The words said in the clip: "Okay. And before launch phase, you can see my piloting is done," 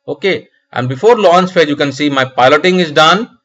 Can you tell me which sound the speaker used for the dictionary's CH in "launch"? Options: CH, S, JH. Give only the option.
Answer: S